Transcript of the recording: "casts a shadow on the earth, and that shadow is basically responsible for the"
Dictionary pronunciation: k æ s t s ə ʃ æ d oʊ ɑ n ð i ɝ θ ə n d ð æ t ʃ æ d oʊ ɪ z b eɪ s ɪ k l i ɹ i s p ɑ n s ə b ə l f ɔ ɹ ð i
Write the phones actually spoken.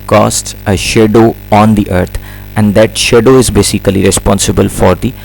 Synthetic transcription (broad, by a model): k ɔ s t s ə ʃ æ d oʊ ɑ n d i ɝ t ə n d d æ t ʃ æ d oʊ ɪ z b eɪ s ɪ k l i ɹ i s p ɑ n s ə b ə l f ɔ ɹ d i